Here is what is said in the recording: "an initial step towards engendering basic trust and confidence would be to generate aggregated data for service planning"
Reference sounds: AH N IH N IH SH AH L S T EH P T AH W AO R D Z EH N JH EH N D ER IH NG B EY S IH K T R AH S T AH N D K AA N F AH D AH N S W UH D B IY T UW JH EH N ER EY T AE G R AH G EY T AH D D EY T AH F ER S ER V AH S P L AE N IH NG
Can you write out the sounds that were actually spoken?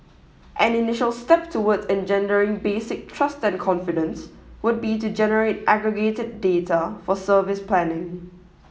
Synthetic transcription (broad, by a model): AH N IH N IH SH AH L S T EH P T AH W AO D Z EH N JH EH N D ER IH NG B EY S IH K T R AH S T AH N K AA N F AH D AH N S W UH D B IY T UW JH EH N ER EY T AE G R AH G EY T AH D D EY T AH F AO S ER V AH S P L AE N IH NG